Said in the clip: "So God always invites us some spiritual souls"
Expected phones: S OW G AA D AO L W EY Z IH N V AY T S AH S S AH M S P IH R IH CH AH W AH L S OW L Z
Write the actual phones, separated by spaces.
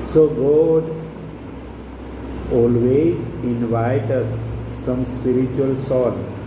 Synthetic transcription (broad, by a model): S OW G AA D AO L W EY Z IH N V AY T AH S S AH M S P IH R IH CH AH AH L S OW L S